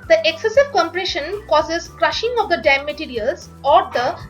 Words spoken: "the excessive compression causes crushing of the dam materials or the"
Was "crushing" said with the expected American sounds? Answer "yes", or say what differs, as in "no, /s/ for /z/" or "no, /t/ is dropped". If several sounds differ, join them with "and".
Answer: yes